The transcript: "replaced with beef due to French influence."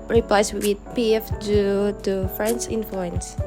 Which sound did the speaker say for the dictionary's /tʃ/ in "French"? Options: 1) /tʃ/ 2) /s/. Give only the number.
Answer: 2